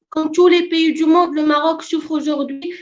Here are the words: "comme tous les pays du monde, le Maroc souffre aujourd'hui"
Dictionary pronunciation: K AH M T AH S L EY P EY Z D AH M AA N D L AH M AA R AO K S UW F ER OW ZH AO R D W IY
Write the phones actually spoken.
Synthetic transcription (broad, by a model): K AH T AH L EY P EY D AH M AA D L AH M AA R AO K S UW F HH OW ZH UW R D W IY